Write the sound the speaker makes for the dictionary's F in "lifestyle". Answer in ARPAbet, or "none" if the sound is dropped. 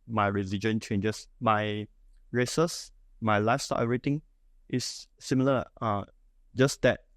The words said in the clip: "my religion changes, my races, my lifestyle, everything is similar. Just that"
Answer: none